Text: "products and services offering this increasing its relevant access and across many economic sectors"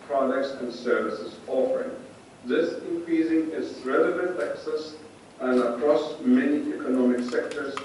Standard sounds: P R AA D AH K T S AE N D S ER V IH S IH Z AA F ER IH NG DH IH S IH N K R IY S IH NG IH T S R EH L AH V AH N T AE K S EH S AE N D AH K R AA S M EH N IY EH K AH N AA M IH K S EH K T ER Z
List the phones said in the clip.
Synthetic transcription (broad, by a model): P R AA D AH K T S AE N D S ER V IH S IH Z AA F ER IH NG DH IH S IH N K R IY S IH NG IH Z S R EH L AH V AH N T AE K S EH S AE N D AH K R AA S M EH N IY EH K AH N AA M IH K S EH K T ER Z